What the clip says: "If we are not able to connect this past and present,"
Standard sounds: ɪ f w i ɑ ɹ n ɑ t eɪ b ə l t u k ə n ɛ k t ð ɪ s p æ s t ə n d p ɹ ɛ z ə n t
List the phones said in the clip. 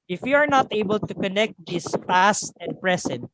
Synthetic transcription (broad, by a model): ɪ f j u ɑ ɹ n ɑ t eɪ b ə l t u k ə n ɛ k t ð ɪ s p æ s t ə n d p ɹ ɛ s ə n t